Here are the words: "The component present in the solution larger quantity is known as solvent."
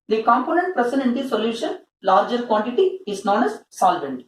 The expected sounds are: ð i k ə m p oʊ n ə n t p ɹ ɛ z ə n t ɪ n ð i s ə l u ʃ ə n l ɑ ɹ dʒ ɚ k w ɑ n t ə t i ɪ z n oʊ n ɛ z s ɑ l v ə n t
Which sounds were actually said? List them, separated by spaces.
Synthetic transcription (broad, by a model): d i k ə m p oʊ n ə n t p ɹ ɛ s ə n ɪ n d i s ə l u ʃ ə n l ɑ ɹ dʒ ɚ k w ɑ n t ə t i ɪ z n oʊ n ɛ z s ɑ l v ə n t